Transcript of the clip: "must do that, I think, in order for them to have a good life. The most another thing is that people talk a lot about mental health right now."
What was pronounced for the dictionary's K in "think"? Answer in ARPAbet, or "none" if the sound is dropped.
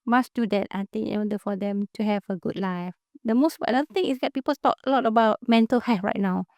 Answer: none